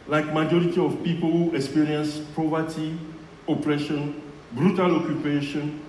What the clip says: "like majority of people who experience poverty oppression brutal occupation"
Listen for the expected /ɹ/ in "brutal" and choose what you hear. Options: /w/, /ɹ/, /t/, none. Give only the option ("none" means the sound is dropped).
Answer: /ɹ/